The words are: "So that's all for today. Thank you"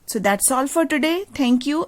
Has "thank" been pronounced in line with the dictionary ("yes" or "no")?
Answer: no